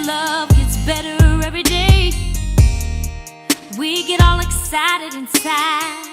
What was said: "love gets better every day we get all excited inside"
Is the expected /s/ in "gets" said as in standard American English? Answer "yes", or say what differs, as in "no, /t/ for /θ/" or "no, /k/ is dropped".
yes